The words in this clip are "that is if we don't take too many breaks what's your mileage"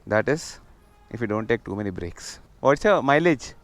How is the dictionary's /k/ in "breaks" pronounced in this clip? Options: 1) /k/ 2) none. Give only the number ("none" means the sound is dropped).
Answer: 1